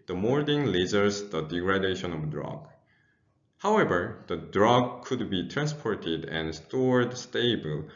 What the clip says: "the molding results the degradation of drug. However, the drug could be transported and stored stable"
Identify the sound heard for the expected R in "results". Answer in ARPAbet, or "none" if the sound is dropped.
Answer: L